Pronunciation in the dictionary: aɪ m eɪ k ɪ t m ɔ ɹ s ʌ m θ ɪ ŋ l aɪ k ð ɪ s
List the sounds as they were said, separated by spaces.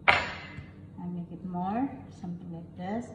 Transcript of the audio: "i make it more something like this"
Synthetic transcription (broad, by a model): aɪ m eɪ k ɪ t m ɔ ɹ s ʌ m t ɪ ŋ l aɪ k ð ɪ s